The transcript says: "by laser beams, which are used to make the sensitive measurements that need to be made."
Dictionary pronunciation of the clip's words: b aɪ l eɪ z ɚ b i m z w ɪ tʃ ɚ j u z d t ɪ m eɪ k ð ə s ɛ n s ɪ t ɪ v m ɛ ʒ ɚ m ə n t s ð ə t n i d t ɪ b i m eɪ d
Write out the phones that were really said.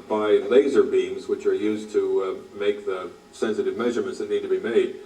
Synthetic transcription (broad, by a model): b aɪ l eɪ z ɚ b i m z w ɪ tʃ ɚ j u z t ɪ m eɪ k ð ə s ɛ n s ɪ t ɪ v m ɛ ʒ ɚ m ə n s ð ə t n i d t ɪ b i m eɪ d